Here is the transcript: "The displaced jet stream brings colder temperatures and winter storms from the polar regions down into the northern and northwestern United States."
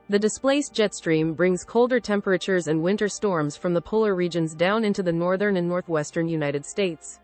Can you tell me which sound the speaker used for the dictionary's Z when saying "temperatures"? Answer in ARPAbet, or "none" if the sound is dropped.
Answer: Z